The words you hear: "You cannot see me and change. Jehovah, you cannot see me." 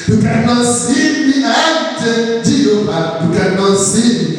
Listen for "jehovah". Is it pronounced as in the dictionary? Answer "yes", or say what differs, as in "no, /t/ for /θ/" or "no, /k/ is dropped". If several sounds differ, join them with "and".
no, /b/ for /v/